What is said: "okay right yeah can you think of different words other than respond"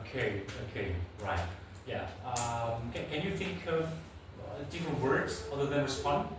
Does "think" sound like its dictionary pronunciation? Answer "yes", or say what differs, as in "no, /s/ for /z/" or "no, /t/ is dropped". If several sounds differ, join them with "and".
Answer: yes